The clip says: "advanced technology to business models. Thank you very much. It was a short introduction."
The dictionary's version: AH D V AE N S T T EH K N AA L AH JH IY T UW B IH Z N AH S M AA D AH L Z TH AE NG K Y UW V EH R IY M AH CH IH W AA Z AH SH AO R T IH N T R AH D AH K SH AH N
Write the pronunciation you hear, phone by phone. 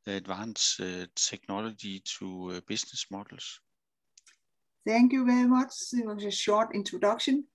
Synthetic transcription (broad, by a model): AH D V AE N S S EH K N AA L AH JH IY S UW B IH S N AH S M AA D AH L S TH AE NG K Y UW V EH R IY M AH CH IH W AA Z AH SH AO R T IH N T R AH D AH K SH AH N